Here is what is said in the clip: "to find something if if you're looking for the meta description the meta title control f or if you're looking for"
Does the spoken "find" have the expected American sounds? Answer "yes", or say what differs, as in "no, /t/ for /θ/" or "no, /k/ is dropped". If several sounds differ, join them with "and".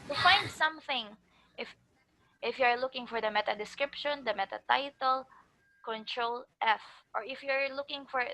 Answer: yes